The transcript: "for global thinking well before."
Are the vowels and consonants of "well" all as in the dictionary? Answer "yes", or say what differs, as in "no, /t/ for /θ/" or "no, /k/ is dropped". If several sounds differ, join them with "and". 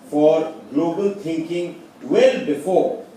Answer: yes